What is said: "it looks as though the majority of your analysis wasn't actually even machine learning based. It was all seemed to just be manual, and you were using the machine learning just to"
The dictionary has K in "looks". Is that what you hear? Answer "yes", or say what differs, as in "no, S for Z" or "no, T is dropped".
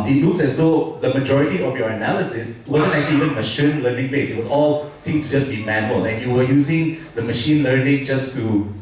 no, K is dropped